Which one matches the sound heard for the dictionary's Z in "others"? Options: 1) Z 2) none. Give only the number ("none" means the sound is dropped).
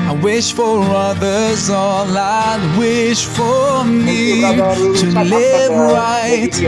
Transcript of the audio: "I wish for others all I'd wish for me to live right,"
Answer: 1